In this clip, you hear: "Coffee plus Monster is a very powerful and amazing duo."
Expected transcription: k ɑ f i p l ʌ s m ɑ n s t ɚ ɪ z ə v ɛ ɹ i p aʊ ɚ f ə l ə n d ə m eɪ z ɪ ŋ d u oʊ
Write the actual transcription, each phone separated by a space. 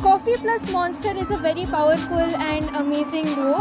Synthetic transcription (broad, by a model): k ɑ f i p l ʌ s m ɑ n s t ɚ ɪ z ə v ɛ ɹ i p aʊ ɚ f ə l ə n d ə m eɪ z ɪ ŋ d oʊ